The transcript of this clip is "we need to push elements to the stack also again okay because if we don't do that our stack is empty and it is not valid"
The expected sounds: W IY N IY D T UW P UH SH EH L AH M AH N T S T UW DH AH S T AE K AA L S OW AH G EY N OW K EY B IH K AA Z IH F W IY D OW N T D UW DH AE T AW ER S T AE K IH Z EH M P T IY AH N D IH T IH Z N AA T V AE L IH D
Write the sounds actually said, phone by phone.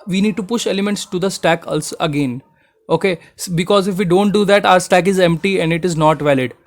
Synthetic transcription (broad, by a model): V IY N IY D T UW P UH SH EH L AH M AH N T S T UW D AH S T AE K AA L S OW AH G EY N OW K EY B IH K AA Z IH F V IY D OW N T D UW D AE T AW ER S T AE K IH Z EH M P T IY AH N D IH T IH Z N AA T V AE L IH D